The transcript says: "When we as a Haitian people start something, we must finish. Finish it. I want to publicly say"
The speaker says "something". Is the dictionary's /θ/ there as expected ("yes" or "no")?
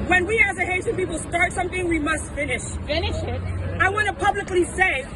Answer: yes